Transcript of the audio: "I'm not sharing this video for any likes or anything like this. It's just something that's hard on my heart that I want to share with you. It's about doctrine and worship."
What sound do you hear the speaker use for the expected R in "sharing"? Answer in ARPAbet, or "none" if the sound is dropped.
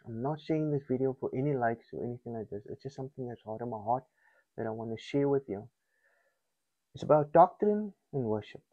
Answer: none